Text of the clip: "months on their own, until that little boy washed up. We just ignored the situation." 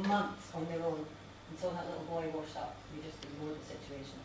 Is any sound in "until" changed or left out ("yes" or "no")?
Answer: yes